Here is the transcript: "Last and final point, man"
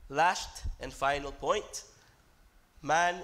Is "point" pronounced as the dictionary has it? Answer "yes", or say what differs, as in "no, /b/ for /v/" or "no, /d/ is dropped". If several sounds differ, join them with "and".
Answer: yes